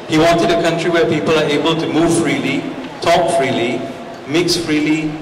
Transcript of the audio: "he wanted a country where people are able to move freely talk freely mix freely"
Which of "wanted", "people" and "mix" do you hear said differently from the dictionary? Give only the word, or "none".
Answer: none